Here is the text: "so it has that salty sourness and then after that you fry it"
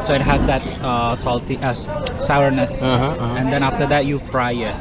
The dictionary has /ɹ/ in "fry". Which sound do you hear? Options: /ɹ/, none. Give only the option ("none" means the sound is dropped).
/ɹ/